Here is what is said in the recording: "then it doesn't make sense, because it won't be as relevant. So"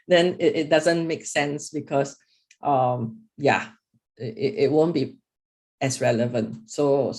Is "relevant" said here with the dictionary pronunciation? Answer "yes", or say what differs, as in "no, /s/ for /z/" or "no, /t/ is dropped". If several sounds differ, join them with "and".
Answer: yes